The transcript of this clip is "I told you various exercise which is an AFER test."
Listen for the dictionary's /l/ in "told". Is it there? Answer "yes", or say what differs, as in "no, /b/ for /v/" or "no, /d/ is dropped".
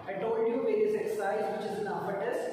no, /l/ is dropped